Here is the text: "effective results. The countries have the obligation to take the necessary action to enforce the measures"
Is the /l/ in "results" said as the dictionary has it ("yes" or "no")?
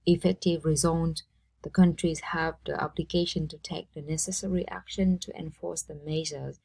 no